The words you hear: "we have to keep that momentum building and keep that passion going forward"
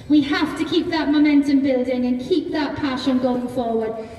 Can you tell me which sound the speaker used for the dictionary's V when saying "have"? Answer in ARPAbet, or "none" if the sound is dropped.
F